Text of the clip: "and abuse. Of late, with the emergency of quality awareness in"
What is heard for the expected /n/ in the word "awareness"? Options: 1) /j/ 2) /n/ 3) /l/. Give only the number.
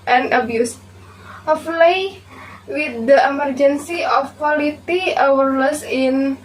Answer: 3